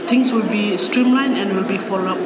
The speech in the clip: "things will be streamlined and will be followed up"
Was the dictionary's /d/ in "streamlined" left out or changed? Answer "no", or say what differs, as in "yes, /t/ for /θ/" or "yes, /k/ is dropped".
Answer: yes, /d/ is dropped